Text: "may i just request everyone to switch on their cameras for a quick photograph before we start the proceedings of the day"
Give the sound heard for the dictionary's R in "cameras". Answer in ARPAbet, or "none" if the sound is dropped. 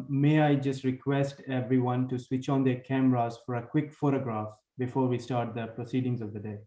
R